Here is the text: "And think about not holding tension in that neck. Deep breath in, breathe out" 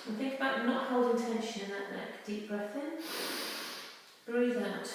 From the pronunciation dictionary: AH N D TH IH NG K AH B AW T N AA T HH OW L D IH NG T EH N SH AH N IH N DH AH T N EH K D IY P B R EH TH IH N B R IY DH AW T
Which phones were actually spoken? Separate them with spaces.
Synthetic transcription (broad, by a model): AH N TH IH NG K AH B AW T N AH T HH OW L D IH NG T EH N SH AH N IH N DH AH T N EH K D IY P B R EH TH IH N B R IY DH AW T